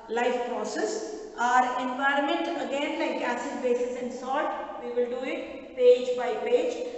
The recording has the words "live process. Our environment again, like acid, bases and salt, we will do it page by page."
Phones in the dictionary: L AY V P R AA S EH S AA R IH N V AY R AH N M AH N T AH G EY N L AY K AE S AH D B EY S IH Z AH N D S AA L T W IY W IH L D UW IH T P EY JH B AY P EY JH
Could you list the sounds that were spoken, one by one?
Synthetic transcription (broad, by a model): L AY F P R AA S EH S AA R IH N V AY R AH N M AH N T AH G EY N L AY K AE S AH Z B EY S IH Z AH N D S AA T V IY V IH L D UW IH T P EY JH B AY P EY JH